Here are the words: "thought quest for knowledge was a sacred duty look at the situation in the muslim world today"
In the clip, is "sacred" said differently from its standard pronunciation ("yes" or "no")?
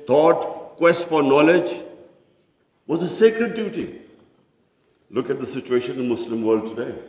no